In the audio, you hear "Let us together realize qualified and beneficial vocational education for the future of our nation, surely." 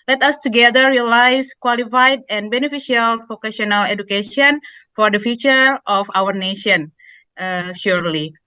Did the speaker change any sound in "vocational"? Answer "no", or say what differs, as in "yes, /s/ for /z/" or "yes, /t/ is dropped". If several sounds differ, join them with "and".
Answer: yes, /f/ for /v/